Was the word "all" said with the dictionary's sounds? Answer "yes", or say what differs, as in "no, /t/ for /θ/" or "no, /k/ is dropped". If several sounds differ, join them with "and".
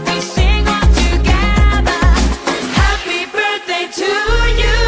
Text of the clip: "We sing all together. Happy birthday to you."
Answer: no, /n/ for /l/